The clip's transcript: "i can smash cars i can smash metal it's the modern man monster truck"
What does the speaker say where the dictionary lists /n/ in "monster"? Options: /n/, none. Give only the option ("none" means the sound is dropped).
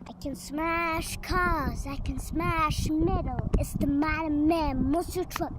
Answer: none